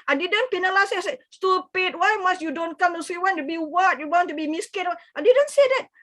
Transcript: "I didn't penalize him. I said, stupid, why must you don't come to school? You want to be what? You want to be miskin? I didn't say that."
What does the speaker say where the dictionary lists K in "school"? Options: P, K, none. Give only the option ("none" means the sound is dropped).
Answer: none